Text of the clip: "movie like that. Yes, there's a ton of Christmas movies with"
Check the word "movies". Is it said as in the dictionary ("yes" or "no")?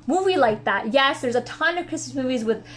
yes